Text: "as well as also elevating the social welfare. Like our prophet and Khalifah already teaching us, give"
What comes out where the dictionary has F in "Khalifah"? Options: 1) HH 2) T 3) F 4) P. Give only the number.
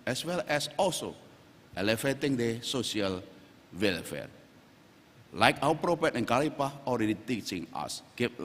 4